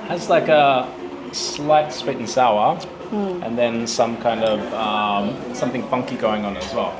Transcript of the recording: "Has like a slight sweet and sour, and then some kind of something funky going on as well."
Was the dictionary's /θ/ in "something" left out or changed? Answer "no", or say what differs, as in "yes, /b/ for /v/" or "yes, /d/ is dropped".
no